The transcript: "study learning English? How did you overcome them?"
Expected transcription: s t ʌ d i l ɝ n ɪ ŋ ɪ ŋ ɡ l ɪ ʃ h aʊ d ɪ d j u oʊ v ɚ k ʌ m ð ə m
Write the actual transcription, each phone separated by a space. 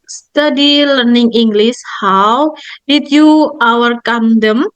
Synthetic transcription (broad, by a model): s t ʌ d i l ɝ n ɪ ŋ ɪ ŋ ɡ l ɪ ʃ h aʊ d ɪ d j u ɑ w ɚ k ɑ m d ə m